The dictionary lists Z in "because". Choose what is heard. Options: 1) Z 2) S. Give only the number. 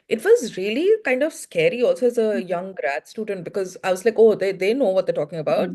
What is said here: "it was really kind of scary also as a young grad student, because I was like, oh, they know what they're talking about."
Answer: 1